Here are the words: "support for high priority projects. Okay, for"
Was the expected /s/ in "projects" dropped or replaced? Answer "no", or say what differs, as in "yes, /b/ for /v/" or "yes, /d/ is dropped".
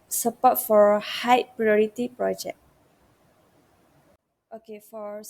yes, /s/ is dropped